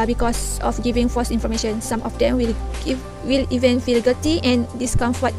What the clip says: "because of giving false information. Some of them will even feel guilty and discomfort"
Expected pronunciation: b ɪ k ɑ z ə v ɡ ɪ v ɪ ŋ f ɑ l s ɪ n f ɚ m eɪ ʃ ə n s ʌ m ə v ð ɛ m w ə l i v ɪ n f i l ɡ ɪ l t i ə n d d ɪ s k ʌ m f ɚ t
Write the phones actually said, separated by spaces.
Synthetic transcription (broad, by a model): b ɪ k ɑ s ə f ɡ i v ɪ ŋ f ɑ s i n f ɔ m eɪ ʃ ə n s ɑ m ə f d ɛ m w ə l i v ɪ n f i l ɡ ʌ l t i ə n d d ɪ s k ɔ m f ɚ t